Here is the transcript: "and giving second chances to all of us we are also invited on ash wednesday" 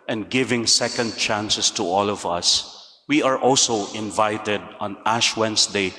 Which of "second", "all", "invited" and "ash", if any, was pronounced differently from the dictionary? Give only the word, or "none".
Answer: none